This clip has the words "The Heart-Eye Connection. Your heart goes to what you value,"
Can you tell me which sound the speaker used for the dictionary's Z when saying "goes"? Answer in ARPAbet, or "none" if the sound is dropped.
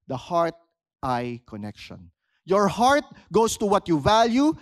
S